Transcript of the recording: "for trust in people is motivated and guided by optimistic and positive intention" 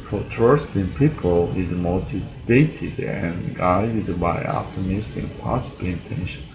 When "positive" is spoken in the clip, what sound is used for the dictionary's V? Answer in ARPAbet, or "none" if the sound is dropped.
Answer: none